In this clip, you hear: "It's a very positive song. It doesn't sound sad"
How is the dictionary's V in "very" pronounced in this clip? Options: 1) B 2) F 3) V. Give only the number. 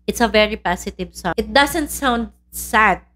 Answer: 3